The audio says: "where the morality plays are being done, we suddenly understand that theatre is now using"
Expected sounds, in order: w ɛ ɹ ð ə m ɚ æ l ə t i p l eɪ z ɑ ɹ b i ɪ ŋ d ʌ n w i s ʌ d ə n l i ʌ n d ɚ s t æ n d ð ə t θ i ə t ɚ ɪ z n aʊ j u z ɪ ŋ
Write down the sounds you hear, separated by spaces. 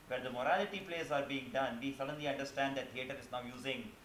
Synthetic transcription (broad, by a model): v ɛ ɹ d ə m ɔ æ l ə t i p l eɪ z ɑ ɹ b i ɪ ŋ d ʌ n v i s ʌ d ə n l i ʌ n d ɚ s t æ n d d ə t t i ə t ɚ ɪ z n aʊ j u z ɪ ŋ